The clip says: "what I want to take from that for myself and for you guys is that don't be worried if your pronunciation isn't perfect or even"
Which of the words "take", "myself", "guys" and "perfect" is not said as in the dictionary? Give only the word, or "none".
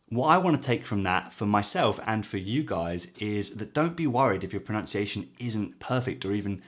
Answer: none